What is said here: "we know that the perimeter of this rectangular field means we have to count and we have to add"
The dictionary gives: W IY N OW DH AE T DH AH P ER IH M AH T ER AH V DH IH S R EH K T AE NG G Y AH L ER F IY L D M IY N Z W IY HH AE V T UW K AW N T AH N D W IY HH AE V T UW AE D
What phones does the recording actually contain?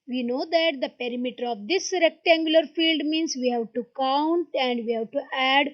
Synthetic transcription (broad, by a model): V IY N OW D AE T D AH P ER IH M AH T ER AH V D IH S R EH K T AE NG G Y AH L ER F IY L D M IY N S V IY HH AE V T UW K AW N T AH N D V IY HH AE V T UW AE D